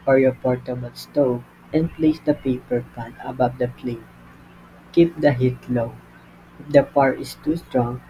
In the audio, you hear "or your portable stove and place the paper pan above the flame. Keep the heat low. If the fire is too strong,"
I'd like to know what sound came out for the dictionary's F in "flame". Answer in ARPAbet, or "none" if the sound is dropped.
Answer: P